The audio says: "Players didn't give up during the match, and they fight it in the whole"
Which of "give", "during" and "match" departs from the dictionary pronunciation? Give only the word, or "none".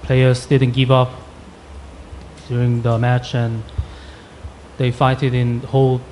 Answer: none